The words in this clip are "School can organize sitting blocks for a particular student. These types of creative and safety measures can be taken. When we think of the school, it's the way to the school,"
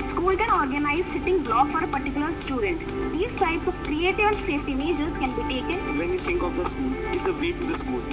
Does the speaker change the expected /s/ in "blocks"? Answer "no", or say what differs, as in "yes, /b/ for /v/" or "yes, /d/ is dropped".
yes, /s/ is dropped